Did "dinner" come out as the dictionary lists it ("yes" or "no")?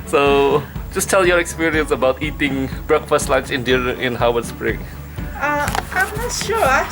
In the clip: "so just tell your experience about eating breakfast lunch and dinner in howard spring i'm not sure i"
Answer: no